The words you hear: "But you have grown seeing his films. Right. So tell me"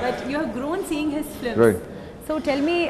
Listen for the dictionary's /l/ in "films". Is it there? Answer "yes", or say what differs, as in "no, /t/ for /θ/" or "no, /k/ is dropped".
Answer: no, /l/ is dropped